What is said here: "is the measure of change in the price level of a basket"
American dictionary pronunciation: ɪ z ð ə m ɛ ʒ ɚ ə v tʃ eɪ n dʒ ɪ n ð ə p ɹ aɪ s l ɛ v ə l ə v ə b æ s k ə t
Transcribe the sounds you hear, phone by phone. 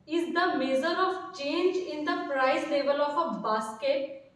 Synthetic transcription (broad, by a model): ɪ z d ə m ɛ z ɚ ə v tʃ eɪ n dʒ ɪ n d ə p ɹ aɪ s l ɛ v ə l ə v ə b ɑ s k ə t